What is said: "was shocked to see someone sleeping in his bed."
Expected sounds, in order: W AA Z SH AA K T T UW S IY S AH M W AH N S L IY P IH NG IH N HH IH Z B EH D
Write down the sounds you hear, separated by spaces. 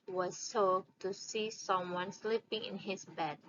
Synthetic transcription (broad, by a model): W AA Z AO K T T UW S IY S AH M W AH N S L IY P IH NG IH N HH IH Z B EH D